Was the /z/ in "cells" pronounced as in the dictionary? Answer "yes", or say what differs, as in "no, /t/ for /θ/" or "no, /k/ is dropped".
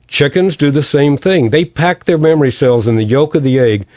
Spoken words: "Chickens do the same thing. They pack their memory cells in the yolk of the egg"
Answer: yes